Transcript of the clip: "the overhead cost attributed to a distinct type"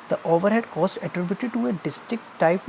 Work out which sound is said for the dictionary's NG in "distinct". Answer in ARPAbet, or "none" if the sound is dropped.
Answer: none